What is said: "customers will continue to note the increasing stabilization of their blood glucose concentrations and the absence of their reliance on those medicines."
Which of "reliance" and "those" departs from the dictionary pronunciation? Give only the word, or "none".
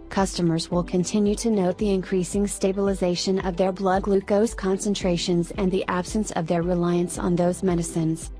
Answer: none